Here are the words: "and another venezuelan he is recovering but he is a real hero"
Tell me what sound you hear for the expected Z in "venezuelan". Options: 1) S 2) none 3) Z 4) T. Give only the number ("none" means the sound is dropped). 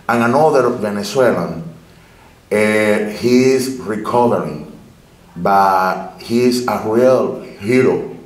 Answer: 1